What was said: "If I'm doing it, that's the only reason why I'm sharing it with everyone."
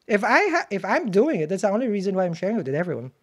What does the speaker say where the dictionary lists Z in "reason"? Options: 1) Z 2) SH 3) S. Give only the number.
1